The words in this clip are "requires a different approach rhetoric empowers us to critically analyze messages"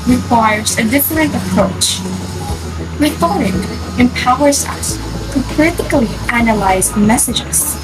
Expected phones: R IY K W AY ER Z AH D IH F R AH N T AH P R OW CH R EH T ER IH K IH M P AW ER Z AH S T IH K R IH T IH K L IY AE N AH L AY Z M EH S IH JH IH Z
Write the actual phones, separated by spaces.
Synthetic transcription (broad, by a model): R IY K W AY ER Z AH D IH F R AH N T AH P R OW CH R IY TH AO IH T IH M P AW ER Z AH S T IH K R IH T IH K L IY AE N AH L AY Z M EH S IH JH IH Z